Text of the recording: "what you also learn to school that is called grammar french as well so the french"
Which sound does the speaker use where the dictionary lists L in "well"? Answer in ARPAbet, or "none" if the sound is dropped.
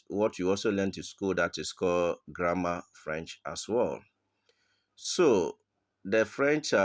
L